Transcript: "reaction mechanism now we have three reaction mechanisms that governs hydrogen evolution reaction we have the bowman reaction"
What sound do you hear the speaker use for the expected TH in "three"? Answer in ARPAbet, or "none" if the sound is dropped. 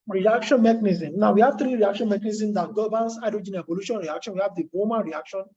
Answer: T